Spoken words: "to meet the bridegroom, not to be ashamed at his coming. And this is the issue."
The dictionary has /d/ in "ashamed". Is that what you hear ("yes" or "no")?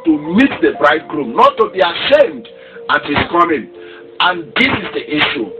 yes